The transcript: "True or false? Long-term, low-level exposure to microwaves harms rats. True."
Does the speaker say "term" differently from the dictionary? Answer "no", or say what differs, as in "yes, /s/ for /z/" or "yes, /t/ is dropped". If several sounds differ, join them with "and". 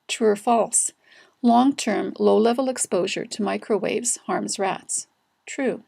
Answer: no